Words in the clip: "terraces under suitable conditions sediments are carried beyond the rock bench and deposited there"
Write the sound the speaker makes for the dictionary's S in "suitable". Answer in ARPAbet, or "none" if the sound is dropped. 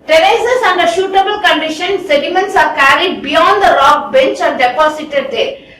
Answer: SH